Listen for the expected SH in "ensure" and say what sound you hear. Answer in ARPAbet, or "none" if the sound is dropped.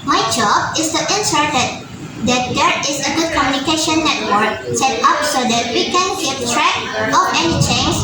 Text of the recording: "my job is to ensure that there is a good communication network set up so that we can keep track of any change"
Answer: S